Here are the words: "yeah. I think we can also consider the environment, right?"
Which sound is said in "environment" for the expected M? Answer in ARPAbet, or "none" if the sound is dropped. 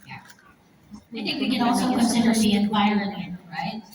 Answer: none